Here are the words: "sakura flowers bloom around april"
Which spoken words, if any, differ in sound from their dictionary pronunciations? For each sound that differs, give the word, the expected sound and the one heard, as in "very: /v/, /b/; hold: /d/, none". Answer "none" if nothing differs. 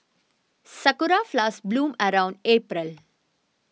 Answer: none